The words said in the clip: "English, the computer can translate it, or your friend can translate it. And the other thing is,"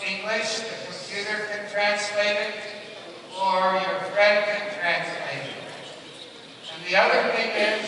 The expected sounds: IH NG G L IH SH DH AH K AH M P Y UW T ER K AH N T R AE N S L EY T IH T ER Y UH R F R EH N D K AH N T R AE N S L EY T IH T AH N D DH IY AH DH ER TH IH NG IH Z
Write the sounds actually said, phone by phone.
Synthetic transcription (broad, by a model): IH NG G L IH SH DH AH K AH M P Y UW T ER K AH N T R AE N S L EY T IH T ER Y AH R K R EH D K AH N T R AE N S L EY T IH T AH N DH IY AH DH ER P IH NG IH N